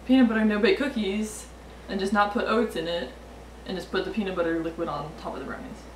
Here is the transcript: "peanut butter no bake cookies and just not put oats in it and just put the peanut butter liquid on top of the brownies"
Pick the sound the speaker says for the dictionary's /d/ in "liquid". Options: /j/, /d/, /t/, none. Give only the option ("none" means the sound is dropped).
/d/